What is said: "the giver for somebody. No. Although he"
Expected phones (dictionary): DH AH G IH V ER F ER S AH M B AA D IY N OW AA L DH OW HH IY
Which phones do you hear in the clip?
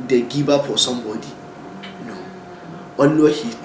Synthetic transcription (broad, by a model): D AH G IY B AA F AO S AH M B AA D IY N OW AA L OW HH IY